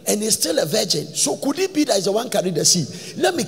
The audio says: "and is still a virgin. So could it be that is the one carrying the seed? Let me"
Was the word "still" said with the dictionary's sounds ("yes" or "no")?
yes